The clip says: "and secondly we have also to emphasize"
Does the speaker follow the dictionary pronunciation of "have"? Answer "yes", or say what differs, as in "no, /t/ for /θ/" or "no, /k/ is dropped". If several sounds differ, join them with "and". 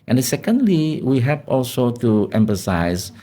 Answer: no, /p/ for /v/